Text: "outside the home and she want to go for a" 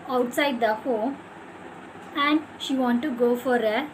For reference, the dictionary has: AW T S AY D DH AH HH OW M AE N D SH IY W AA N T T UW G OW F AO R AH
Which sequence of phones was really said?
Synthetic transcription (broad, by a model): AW T S AY D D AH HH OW AE N D SH IY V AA N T T UW G OW F AO R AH